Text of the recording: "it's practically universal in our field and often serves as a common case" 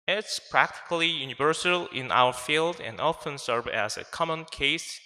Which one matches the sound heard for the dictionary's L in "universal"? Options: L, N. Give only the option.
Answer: L